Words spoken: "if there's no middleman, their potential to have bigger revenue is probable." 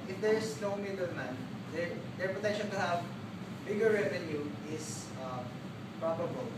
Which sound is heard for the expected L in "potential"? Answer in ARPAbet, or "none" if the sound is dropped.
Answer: N